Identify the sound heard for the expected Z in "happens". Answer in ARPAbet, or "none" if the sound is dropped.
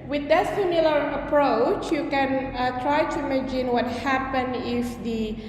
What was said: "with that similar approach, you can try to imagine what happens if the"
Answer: none